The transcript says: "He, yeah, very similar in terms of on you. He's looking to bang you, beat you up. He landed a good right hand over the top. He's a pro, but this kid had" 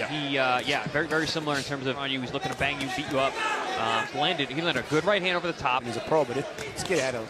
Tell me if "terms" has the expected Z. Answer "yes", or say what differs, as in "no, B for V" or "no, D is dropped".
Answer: yes